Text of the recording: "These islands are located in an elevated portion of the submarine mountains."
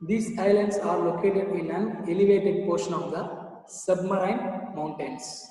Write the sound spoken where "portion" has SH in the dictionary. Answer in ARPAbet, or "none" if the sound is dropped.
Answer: SH